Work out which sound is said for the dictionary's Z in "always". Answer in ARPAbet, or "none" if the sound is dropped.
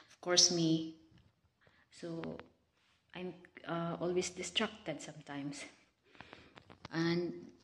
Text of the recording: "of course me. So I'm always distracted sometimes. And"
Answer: S